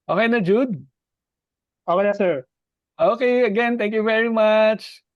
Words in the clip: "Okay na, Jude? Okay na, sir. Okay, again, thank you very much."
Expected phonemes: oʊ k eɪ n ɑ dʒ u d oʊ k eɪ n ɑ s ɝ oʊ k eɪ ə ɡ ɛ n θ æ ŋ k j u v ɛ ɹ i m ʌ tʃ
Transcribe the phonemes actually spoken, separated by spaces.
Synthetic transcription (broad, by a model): oʊ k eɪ n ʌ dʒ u d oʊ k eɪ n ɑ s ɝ oʊ k eɪ ə ɡ ɛ n t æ ŋ k j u v ɛ ɹ i m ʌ tʃ